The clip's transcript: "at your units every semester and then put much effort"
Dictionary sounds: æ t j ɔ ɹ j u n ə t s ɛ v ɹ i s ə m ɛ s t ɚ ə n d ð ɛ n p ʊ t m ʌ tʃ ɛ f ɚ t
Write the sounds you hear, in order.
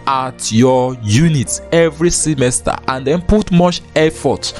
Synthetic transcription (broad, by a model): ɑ t j ɔ j u n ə t ɛ v ɹ i s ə m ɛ s t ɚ ə n d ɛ n p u t m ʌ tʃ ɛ f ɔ t